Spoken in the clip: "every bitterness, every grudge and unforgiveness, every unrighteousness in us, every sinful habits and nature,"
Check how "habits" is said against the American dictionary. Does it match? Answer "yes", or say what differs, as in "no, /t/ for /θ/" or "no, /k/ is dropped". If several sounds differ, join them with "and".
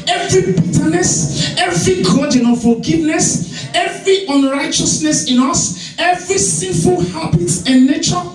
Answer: no, /s/ is dropped